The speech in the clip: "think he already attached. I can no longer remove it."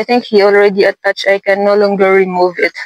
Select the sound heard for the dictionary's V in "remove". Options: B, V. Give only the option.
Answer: V